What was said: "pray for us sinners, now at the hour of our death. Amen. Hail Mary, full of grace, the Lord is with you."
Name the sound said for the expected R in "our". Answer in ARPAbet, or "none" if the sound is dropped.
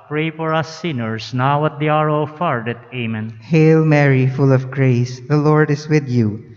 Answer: R